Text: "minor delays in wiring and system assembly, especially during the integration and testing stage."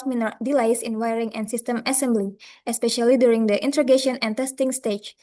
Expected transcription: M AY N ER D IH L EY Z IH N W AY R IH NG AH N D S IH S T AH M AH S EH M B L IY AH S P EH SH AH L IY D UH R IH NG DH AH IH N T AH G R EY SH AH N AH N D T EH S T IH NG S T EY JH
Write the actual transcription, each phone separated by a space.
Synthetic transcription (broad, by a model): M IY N D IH L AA S IH N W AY R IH NG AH N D S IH S T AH M AH S EH M B L IY AH S P EH SH AH L IY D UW R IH NG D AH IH N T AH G EY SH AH N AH N T EH S T IH NG S T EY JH